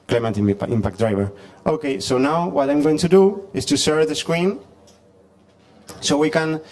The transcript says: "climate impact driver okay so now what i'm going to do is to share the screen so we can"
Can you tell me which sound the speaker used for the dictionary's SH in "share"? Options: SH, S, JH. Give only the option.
S